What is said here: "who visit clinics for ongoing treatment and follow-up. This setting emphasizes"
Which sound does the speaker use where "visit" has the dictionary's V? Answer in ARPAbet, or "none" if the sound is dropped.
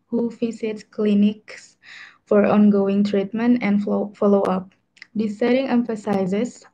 F